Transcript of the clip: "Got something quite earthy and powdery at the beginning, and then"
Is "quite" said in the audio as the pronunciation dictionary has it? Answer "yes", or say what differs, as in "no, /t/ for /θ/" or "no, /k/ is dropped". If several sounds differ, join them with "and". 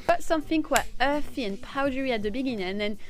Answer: no, /t/ is dropped